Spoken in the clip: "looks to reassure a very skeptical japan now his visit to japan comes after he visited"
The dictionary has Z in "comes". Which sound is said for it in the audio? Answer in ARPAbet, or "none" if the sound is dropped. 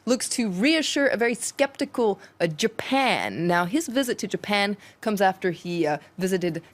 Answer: Z